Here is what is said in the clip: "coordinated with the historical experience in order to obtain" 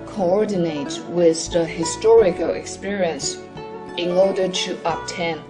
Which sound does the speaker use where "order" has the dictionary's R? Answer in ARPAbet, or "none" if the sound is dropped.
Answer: R